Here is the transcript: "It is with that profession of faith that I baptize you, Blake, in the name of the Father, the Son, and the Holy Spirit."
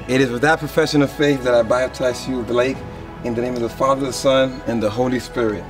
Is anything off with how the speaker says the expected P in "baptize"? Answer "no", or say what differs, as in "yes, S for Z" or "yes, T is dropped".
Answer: yes, B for P